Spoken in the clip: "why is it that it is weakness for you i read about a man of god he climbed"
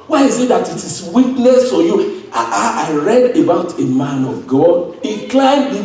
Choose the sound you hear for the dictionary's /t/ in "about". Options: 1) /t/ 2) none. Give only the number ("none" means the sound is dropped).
1